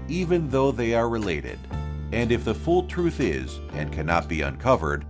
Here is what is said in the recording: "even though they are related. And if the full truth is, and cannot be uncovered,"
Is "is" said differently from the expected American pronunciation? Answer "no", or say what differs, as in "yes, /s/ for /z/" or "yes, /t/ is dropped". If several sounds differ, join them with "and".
no